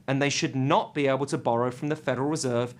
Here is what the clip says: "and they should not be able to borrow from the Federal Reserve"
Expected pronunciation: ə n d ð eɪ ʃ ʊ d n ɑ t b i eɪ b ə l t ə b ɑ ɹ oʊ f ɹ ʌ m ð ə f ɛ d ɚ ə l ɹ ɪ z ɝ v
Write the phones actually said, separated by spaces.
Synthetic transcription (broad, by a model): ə n ð eɪ ʃ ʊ d n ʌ t b i eɪ b ə l t ə b ɑ ɹ oʊ f ɹ ʌ m ð ə f ɛ d ɚ ə l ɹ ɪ z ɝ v